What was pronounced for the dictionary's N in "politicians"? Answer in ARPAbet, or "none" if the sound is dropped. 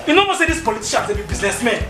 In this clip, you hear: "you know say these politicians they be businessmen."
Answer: none